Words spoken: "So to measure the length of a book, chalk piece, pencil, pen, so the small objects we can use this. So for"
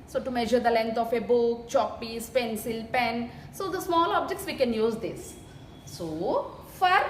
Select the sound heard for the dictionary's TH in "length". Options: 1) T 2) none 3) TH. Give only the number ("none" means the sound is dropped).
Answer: 1